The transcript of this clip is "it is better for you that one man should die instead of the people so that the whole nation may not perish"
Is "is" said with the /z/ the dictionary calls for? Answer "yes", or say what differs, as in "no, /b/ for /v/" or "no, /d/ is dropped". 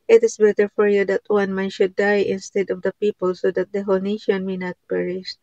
no, /s/ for /z/